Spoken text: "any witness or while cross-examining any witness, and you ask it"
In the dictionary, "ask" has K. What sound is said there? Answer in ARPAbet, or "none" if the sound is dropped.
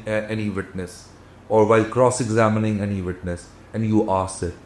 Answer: none